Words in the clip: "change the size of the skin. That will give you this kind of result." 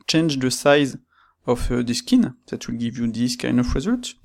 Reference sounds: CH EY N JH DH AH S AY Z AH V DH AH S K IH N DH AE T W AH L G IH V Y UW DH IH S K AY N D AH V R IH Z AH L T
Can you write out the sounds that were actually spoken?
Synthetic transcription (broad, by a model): CH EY N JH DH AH S AY Z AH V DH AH S K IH N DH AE T W AH L G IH V Y UW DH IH S K AY N D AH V R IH Z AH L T